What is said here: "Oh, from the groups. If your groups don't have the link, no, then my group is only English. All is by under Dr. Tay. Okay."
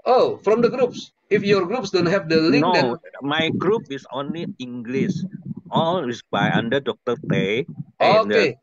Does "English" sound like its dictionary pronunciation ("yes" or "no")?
no